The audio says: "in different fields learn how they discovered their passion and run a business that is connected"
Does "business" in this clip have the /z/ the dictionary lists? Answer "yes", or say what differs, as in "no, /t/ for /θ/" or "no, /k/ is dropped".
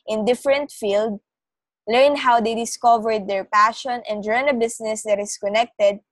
no, /s/ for /z/